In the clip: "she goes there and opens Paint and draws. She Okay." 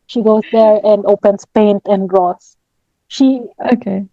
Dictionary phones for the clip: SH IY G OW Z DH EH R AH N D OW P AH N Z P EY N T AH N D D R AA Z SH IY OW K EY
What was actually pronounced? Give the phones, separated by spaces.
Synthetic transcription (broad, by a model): SH IY G OW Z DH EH R AH N D OW P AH N S P EY N T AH N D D R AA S SH IY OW K EY